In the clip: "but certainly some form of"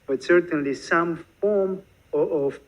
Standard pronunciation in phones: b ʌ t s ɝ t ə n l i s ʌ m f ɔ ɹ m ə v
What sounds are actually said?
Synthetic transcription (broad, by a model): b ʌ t s ɝ t ə n l i s ʌ m f ɔ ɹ m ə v